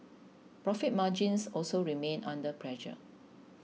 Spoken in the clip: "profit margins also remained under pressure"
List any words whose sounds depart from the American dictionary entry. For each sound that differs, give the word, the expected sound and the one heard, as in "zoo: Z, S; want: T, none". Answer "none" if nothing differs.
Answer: margins: Z, S; remained: D, none